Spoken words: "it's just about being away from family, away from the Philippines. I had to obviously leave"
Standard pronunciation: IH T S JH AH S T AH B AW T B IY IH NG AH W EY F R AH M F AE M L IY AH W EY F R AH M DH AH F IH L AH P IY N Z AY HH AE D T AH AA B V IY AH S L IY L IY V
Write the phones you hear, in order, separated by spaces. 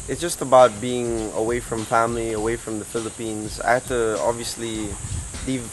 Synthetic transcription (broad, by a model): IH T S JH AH S T AH B AW T B IY IH NG AH W EY F R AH M F AE M L IY AH W EY F R AH M DH AH F IH L AH P IY N Z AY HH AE T AH AA B V IY AH S L IY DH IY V